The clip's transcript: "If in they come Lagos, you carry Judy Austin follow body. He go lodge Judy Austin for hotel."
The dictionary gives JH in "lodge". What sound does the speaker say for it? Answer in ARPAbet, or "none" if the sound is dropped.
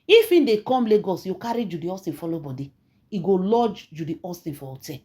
JH